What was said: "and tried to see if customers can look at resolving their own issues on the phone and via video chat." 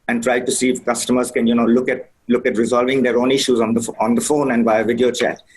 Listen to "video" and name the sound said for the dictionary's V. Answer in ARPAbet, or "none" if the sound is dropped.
V